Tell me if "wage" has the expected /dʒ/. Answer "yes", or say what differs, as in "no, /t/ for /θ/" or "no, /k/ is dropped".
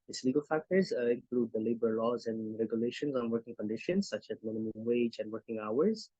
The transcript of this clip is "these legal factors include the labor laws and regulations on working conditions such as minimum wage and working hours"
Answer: yes